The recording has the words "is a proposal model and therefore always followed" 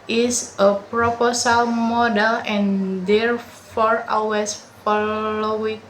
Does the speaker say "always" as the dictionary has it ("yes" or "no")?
no